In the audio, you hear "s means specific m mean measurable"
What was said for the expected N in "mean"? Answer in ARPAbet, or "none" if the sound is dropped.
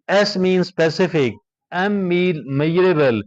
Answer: L